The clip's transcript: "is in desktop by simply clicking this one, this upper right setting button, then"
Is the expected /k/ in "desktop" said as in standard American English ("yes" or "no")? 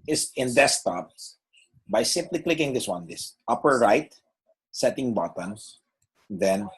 no